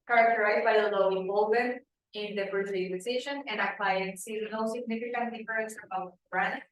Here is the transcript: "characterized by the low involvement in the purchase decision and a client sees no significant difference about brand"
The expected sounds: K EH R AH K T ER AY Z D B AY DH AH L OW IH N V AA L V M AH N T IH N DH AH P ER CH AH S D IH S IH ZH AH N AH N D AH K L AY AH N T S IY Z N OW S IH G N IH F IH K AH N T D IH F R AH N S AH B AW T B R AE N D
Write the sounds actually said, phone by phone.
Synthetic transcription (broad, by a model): K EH R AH K T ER AY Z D B AY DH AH L OW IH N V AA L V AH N IH N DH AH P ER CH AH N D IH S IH SH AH N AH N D AH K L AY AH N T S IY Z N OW S IH G N IH F IH K AH N T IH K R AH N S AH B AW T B R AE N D